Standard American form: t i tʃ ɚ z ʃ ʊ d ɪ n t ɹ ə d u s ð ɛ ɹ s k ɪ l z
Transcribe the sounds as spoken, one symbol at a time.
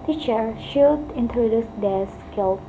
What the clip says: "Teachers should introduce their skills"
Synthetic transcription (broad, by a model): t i tʃ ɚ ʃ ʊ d ɪ n t ɹ ə d u s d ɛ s k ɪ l